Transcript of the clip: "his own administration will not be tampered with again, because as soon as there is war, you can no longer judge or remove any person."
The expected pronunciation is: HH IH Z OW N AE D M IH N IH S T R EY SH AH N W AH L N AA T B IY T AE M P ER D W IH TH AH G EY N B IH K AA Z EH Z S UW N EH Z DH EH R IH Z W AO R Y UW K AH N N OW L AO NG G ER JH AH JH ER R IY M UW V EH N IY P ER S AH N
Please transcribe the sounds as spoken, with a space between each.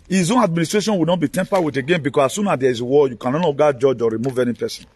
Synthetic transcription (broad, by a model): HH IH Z OW N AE D M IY N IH S T R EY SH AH N W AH N AA T B IY T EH M P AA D W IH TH AH G EY N B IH K AA S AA S UW N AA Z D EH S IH W AO Y UW K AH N N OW N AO G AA JH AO JH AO R IY M UW V EH N IY P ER S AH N